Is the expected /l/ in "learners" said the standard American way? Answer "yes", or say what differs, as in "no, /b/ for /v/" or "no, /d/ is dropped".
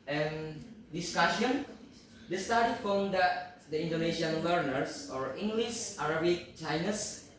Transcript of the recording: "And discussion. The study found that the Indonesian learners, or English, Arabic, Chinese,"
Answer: no, /w/ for /l/